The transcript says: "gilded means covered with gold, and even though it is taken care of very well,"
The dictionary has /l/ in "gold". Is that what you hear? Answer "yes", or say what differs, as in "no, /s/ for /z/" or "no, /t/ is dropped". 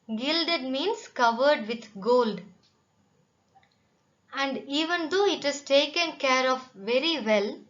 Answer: yes